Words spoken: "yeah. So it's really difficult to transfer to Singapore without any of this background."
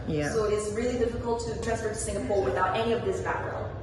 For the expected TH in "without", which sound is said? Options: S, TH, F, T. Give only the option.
TH